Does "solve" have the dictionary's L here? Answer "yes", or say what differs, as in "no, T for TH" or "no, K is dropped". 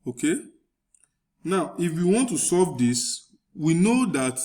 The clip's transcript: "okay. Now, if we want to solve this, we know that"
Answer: no, L is dropped